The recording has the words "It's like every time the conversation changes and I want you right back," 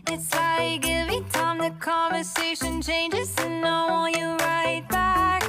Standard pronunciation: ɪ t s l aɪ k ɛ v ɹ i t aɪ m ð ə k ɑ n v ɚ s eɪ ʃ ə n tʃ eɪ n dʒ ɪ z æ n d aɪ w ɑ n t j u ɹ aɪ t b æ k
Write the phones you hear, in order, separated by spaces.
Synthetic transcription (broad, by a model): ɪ t s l aɪ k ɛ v i t aɪ m ð ə k ɑ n v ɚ s eɪ ʃ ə n tʃ eɪ n dʒ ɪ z n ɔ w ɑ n j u ɹ aɪ t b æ k